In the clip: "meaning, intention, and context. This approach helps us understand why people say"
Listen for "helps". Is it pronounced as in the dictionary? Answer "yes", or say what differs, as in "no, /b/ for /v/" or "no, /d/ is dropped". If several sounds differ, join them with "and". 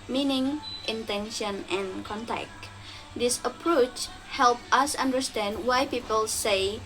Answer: no, /s/ is dropped